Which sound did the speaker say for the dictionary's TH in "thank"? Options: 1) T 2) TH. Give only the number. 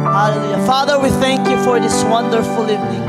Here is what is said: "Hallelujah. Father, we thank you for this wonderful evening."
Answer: 2